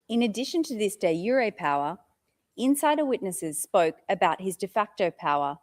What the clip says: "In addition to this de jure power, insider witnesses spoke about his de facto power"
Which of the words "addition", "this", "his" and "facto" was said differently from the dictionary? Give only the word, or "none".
none